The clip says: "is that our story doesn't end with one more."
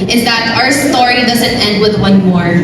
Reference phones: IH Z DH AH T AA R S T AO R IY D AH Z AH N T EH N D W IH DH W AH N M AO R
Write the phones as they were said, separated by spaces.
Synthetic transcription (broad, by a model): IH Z DH AH T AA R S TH AO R IY D AH Z AH N T EH N D W IH DH W AH N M AO R